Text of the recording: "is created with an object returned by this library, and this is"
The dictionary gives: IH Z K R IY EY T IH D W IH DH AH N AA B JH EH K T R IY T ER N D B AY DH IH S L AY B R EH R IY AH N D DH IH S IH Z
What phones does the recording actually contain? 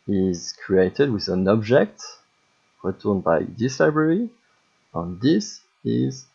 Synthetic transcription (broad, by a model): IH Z K R IY EY T IH D W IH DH AH N AA B JH EH K T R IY T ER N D B AY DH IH S L AY B R EH R IY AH N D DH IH S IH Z